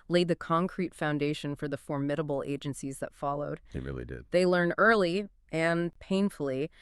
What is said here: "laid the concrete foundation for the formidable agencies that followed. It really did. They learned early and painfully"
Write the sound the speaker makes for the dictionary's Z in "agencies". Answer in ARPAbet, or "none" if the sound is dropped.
Z